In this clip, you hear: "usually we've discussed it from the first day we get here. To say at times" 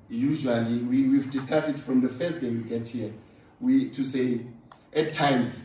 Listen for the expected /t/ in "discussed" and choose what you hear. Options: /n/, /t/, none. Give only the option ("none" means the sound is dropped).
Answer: none